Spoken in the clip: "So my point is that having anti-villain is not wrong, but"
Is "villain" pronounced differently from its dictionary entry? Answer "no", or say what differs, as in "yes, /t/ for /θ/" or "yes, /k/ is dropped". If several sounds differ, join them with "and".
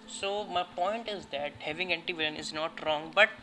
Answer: yes, /l/ is dropped